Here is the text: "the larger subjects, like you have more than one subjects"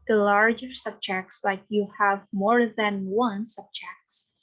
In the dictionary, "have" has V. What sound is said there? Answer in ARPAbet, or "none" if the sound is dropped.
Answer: V